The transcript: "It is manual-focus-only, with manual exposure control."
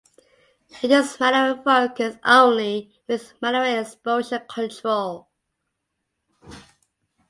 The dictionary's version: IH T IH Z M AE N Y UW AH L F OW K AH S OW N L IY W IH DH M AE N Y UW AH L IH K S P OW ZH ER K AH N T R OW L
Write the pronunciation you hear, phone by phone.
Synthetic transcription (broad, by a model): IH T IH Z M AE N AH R F OW K AH S OW N L IY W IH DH M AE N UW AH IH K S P OW SH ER K AH N T R OW L